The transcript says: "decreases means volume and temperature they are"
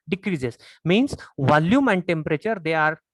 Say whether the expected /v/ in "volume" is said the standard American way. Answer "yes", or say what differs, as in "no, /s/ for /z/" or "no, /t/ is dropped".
yes